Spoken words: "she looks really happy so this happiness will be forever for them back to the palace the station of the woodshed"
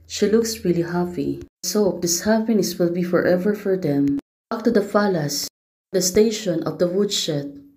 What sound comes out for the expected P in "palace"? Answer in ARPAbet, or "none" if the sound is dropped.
F